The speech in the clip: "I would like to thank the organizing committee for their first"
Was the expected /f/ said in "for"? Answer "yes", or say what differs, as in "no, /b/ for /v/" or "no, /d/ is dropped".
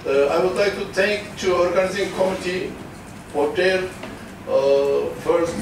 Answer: no, /p/ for /f/